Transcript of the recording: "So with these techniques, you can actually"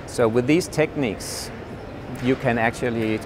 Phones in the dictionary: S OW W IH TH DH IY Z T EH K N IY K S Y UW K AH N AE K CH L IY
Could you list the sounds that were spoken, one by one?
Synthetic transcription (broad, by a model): S OW W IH DH IY Z T EH K N IY K S Y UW K AH N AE K CH L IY